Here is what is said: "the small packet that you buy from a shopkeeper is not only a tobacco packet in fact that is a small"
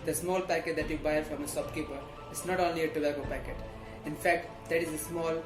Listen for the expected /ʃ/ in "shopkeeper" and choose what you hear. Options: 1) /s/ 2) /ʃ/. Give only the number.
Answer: 1